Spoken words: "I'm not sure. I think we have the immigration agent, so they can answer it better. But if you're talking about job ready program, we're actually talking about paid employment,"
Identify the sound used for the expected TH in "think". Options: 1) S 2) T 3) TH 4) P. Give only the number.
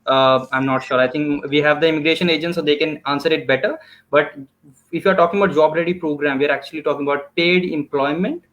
2